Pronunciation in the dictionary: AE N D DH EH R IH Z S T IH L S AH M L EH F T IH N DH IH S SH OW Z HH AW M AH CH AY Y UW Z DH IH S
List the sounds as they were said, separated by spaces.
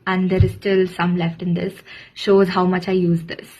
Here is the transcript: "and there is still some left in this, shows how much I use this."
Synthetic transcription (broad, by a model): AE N D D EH R IH Z S T IH L S AH M L EH F T IH N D IH S SH OW Z HH AW M AH CH AY Y UW Z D IH S